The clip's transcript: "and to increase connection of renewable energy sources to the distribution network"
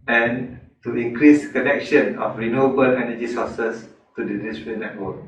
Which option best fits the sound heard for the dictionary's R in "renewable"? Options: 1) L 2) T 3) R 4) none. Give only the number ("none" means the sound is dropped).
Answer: 3